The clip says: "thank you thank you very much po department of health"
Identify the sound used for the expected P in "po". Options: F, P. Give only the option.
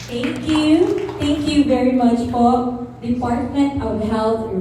F